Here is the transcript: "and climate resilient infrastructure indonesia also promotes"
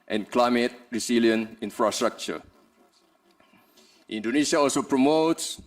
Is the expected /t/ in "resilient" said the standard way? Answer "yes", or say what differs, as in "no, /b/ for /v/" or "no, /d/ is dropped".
no, /t/ is dropped